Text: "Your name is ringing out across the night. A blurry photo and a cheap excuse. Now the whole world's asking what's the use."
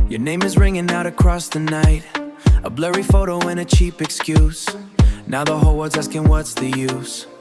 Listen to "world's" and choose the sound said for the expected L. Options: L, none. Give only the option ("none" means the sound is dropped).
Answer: none